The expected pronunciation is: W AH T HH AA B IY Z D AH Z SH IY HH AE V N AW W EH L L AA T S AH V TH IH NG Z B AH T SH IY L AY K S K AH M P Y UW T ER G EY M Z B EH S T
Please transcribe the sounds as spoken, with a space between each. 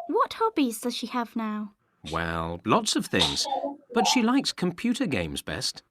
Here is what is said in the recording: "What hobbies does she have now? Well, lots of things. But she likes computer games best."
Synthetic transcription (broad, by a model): W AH T HH AA B IY Z D AH Z SH IY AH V N AW W EH L L AA T S AH V TH IH NG Z B AH T SH IY L AY K S K AH M P Y UW T ER G EY M Z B EH S T